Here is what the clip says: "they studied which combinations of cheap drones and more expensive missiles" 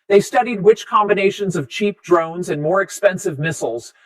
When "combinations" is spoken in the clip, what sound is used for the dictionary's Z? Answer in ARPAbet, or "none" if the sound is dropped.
Z